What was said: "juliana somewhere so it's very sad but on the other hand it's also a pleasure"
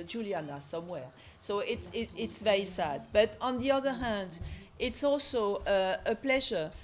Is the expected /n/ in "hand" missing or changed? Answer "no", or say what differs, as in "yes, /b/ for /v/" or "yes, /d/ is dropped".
no